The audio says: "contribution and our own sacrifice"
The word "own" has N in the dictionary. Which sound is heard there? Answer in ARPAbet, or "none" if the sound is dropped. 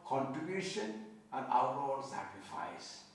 L